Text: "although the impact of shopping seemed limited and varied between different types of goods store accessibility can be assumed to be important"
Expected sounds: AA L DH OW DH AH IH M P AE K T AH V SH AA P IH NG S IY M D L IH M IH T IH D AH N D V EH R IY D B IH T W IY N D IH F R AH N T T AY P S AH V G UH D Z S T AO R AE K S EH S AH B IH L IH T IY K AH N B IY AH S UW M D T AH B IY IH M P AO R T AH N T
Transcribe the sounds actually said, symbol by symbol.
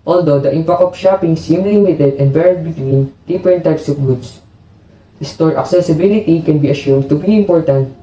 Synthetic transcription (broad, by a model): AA L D OW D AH IH M P AE K T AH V SH AA P IH NG S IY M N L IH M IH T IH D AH N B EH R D B IH T W IY N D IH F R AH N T T AY P S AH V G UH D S S T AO R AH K S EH S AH B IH L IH T IY K AH N B IY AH SH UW M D T AH B IY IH M P AO R T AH N T